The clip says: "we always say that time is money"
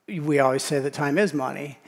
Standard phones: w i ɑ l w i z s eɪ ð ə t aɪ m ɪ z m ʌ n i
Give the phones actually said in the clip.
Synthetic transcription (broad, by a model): w i ɑ l w i z s eɪ ð ə t aɪ m ɪ z m ʌ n i